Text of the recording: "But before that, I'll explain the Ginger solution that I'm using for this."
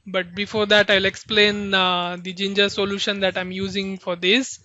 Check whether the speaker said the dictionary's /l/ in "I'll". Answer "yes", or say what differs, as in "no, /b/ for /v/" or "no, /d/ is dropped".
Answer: yes